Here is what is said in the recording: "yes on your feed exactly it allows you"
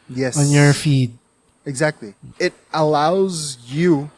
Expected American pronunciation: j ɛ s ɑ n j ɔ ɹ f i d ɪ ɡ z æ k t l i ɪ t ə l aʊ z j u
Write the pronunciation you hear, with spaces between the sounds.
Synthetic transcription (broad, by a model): j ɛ s ɑ n j ɔ ɹ f i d ɪ ɡ z æ k t l i ɪ t ə l aʊ z j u